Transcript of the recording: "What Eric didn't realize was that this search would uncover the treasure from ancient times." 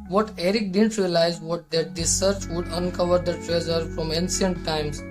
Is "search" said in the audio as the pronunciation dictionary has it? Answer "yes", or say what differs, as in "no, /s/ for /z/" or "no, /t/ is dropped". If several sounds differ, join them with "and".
yes